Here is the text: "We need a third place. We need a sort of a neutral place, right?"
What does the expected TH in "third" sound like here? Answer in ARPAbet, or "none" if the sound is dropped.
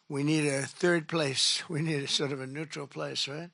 TH